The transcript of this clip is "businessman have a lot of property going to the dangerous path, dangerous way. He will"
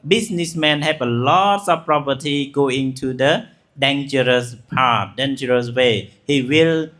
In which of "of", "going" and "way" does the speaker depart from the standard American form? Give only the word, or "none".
of